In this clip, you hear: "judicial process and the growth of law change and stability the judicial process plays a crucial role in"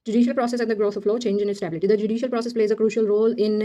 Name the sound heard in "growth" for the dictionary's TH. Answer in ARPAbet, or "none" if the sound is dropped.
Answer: T